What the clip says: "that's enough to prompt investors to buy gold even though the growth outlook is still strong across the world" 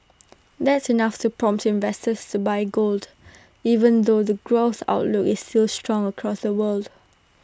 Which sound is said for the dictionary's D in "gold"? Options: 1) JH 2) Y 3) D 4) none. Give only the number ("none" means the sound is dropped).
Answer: 3